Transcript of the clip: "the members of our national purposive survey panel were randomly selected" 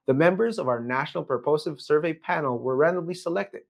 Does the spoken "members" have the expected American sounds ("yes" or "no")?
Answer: yes